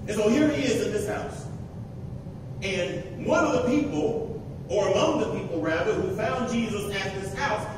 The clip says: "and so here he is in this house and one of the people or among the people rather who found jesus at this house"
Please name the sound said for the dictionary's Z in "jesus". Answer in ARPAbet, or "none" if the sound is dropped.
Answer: Z